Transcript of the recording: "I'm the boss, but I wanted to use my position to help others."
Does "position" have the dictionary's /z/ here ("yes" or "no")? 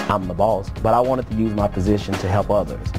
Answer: yes